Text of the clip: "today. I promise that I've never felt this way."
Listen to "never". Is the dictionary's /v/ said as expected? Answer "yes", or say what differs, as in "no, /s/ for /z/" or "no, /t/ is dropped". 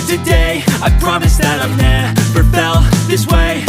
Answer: no, /p/ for /v/